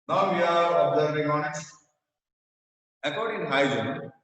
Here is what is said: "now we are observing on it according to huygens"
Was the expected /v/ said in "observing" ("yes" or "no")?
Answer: no